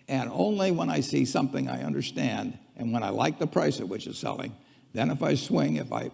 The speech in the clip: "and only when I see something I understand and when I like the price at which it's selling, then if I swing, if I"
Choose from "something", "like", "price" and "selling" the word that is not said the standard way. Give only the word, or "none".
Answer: none